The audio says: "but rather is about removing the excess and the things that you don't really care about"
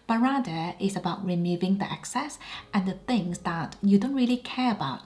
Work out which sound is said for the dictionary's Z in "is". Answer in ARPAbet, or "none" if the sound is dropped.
S